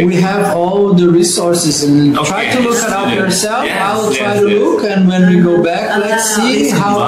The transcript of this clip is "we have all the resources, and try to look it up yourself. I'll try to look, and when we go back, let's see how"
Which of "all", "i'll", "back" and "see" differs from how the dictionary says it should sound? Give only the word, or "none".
i'll